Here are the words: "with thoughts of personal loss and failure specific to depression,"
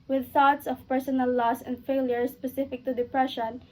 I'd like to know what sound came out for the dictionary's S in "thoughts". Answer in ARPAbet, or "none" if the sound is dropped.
S